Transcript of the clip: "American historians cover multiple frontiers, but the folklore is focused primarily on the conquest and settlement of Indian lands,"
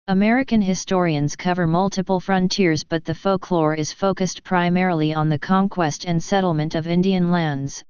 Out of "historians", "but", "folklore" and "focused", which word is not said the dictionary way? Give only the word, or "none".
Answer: none